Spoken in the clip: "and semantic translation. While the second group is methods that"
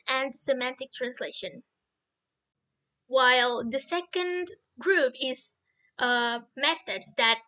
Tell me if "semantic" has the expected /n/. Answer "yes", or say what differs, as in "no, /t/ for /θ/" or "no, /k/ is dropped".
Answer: yes